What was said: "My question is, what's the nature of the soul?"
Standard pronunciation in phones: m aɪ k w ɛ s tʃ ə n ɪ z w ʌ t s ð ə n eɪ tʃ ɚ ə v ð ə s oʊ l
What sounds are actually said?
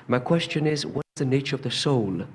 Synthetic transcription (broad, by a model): m aɪ k w ɛ s tʃ ə n ɪ z w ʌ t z ð ə n eɪ tʃ ɚ ə v ð ə s oʊ l